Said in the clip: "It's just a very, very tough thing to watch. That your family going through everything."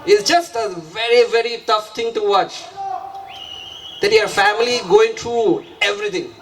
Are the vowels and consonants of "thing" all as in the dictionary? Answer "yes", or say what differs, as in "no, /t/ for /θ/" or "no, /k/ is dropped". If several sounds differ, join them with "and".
no, /t/ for /θ/